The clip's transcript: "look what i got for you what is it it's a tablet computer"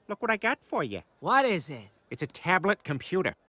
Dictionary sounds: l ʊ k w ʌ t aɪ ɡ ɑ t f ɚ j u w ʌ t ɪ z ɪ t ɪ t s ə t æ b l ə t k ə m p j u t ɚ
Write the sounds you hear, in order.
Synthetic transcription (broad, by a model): l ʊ k w ʌ t aɪ ɡ ɑ t f ɚ j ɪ w ʌ t ɪ z ɪ t ɪ t s ə t æ b l ə t k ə m p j u t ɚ